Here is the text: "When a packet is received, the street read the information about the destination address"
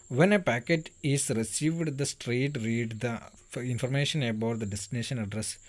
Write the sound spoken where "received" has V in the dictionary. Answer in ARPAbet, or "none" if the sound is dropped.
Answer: V